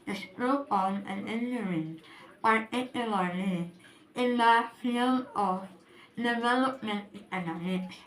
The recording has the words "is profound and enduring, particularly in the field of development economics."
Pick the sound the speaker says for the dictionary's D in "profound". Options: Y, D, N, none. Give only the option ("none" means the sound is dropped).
none